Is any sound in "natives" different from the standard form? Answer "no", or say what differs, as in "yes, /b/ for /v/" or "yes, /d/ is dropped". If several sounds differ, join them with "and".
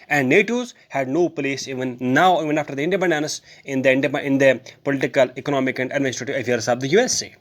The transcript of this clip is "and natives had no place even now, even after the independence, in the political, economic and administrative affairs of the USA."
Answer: yes, /v/ is dropped